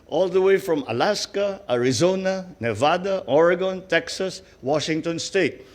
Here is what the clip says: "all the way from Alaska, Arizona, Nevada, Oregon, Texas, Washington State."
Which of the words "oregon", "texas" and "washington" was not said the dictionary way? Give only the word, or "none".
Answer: none